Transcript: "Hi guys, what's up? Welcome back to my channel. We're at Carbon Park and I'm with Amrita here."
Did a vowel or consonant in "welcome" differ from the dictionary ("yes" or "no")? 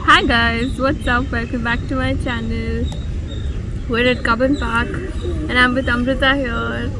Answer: yes